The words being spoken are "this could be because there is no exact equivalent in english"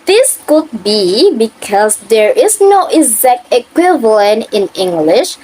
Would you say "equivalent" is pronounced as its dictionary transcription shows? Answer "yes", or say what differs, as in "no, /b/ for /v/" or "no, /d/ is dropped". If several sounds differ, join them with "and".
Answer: yes